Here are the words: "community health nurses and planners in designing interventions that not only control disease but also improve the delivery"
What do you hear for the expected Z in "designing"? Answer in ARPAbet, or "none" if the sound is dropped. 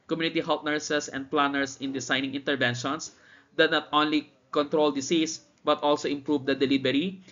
S